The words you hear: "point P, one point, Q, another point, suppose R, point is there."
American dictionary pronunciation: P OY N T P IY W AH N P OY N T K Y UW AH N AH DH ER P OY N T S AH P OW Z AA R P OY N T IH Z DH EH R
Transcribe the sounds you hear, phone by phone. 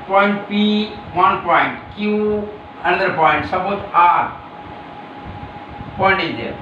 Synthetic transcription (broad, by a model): P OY N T P IY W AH N P OY N T K Y UW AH N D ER P OY N T S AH B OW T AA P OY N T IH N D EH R